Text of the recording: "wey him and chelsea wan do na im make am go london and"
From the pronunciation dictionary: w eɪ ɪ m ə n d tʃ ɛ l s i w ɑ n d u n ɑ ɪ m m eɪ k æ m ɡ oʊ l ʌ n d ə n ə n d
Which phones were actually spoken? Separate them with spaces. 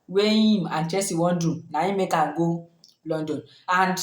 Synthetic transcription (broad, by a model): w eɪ ɪ m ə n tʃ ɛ s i w ɑ n d u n ɑ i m m eɪ k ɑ ɡ oʊ l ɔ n d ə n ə n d